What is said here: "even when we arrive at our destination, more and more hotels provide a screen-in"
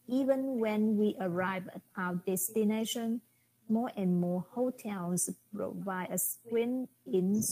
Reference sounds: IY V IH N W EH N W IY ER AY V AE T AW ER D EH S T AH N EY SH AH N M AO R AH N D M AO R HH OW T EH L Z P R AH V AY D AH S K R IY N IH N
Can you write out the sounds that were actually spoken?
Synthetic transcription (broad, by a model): IY V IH N W EH N W IY ER AY V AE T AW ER D EH S T AH N EY SH AH N M AO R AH N M AO HH OW T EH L S P R AH V AY D AH S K W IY N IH N